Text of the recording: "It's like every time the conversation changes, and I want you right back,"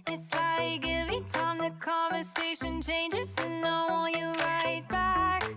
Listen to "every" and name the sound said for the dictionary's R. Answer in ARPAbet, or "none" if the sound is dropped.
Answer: none